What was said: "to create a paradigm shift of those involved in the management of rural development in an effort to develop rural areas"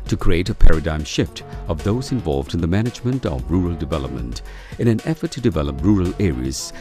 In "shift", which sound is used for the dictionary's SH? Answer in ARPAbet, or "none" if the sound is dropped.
SH